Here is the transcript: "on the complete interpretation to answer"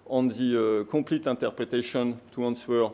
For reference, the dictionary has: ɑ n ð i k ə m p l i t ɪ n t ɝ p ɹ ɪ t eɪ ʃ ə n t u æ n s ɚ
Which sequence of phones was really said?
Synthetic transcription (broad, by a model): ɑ n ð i k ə p l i t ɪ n t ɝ p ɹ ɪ t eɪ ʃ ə n t u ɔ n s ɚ